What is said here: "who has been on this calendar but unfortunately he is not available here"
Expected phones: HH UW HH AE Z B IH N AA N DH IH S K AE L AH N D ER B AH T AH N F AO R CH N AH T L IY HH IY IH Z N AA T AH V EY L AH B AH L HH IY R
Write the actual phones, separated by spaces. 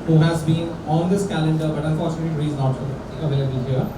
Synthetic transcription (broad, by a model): HH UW HH AE Z B IH N AA N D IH S K AE L AH N D ER B AH T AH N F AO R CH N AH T IY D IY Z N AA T AH V EY L AH B AH L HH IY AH